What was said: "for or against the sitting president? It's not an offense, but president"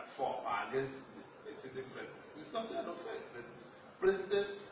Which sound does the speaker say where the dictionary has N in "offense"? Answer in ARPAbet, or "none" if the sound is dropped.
none